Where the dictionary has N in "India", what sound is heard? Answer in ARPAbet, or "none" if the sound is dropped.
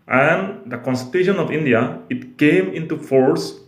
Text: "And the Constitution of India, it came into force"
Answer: N